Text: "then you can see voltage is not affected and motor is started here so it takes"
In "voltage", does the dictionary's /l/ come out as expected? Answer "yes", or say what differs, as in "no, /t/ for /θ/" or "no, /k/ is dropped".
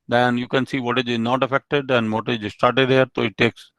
no, /l/ is dropped